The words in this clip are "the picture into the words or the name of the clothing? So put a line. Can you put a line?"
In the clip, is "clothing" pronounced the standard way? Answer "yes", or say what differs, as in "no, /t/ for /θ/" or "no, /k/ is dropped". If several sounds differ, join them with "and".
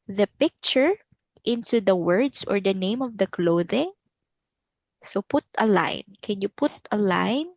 yes